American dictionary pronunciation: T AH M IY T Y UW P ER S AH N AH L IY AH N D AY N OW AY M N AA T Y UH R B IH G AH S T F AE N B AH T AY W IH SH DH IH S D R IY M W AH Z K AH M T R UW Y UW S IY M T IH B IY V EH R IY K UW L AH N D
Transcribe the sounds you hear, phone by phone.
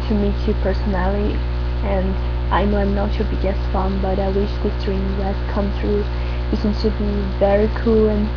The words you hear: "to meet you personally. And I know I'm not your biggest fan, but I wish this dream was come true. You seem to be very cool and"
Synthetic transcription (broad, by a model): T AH M IY T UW P ER S AH N AH L IY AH N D AY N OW AY M N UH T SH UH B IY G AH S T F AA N B AH T AY W IH SH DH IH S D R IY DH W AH S K AH M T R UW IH S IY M T IH B IY V EH R IY K UW L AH N